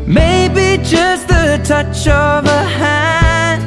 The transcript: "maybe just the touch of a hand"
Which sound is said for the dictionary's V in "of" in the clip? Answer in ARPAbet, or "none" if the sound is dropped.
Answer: V